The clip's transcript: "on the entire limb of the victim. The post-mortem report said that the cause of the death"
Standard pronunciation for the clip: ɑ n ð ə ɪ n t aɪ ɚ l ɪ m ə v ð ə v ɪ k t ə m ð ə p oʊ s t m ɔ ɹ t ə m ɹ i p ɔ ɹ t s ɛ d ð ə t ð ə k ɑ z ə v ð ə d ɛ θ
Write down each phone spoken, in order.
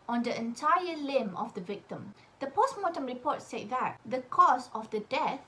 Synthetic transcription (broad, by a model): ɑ n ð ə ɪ n t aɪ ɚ l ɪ m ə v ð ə v ɪ k t ə m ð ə p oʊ s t m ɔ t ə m ɹ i p ɔ t s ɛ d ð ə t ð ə k ɑ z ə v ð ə d ɛ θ